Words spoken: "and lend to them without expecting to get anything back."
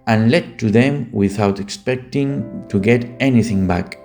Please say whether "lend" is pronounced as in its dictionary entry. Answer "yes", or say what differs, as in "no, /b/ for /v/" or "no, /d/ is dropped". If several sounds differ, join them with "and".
no, /n/ is dropped